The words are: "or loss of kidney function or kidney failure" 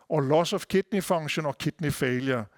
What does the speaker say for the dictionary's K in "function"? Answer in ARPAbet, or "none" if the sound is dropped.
none